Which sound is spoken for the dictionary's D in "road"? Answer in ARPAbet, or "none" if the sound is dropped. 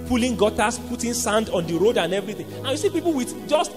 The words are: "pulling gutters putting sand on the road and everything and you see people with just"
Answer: D